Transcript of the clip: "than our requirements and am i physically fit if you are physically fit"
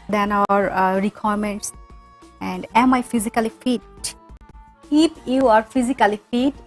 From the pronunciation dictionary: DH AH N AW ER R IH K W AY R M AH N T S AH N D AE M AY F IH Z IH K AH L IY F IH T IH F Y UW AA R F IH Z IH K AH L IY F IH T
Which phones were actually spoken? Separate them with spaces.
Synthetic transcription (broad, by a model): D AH N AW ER R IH K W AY R M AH N T S AH N D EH M AY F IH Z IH K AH L IY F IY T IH P Y UW AA R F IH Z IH K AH L IY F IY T